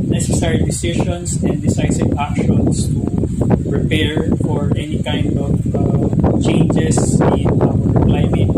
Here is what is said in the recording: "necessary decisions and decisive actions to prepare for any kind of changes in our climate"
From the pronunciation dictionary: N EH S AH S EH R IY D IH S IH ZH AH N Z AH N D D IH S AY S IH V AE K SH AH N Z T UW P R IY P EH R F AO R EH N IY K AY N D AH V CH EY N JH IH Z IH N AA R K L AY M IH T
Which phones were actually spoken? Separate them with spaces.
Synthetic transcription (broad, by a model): N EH S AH S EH R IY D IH S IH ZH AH N S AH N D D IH S AY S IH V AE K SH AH N S T UW P R IY P EH R F AO R EH N IY K AY N D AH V CH EY N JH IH S IH N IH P L AY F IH